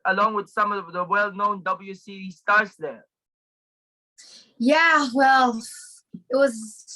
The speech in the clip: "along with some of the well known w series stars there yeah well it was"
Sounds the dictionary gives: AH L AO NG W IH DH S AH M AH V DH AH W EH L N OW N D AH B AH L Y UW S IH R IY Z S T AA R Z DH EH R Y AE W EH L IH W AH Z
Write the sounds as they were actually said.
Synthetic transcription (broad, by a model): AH L AO NG W IH DH S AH M AH V DH AH W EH L N OW N D AH B L Y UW S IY IY S T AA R S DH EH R Y AE W EH L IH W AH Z